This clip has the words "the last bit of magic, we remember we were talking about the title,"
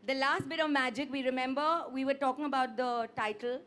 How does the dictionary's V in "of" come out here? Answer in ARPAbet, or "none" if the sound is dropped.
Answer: V